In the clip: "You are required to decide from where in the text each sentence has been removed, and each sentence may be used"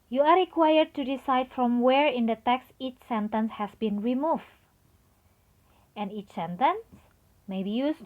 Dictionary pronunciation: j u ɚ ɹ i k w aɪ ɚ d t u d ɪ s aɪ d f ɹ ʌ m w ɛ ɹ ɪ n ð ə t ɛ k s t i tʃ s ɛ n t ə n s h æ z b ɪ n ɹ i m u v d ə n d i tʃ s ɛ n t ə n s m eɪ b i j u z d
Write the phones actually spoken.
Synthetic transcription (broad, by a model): j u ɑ ɹ i k w aɪ ɚ d t u d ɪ s aɪ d f ɹ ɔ m w ɛ ɹ ɪ n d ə t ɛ k s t i tʃ s ɛ n t ə n s h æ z b ɪ n ɹ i m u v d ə n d i tʃ s ɛ n t ə n s m eɪ b i j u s